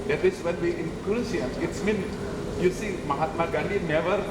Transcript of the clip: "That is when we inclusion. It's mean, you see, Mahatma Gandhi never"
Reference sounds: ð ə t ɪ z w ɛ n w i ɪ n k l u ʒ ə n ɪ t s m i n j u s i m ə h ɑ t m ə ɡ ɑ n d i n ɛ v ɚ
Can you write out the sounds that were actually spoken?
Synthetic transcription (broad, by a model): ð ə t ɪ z w ɛ n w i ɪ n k u s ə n ɪ t s m i n j u s i m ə h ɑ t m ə ɡ ɑ n d i n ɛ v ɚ